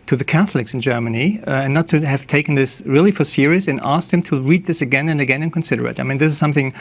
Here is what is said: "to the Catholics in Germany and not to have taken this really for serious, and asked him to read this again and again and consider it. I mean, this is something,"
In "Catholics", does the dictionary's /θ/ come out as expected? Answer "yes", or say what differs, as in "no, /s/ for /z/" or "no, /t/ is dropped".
yes